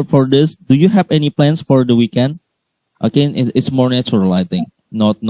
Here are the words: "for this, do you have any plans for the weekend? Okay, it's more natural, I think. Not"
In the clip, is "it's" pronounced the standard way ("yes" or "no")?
yes